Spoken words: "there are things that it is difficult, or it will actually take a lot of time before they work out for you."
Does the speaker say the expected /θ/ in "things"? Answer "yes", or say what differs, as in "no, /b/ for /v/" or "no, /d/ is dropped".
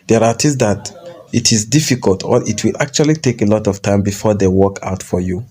no, /t/ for /θ/